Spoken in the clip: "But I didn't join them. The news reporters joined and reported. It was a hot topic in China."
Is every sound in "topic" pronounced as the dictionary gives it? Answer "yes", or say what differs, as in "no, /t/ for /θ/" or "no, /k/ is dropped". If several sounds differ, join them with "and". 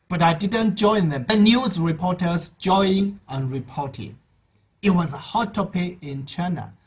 no, /k/ is dropped